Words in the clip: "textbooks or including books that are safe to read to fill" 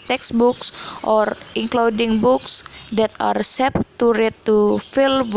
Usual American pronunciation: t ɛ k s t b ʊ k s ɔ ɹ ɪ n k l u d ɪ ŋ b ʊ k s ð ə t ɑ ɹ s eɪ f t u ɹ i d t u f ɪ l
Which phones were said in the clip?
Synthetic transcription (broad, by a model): t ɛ k s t b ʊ k s ɔ ɹ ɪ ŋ k l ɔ d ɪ ŋ b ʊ k s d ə t ɑ ɹ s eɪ p t u ɹ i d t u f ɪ l